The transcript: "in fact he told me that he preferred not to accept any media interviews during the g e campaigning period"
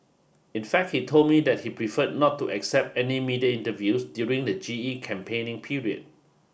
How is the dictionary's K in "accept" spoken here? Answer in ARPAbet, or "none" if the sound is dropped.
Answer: K